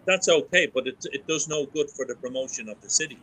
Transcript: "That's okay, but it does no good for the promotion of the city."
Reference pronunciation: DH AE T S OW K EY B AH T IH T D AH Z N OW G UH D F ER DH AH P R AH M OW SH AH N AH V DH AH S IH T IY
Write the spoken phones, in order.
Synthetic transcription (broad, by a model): DH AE T S OW K EY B AH T IH T D AH Z N OW G UH D F ER DH AH P R AH M OW SH AH N AH V DH AH S IH T IY